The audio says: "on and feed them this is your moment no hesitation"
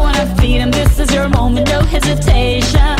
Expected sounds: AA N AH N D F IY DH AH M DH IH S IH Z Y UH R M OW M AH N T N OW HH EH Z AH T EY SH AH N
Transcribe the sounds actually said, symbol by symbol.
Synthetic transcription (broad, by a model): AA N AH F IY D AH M DH IH S IH Z Y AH R M OW M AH N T N OW HH EH Z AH T EY SH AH N